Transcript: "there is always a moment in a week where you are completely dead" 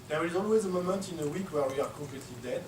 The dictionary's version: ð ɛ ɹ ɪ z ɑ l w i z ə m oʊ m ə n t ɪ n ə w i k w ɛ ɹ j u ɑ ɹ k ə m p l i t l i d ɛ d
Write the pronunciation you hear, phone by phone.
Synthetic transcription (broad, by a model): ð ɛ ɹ ɪ z ɑ l w i z ə m oʊ m ə n t ɪ n ə w i k w ɛ ɹ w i ɑ ɹ k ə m p l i t l i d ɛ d